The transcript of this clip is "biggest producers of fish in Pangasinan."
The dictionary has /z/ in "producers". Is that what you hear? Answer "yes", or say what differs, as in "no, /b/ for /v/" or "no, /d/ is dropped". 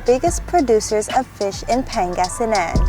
yes